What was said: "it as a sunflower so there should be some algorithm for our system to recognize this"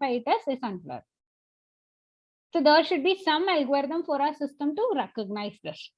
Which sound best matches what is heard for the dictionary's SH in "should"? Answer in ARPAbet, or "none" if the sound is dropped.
SH